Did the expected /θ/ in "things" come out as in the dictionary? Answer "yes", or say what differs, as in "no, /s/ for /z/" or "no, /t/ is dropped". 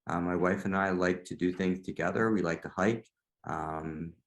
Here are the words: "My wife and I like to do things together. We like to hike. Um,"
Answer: yes